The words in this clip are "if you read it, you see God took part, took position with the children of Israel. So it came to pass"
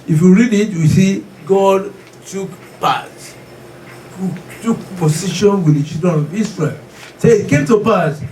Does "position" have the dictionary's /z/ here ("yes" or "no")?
no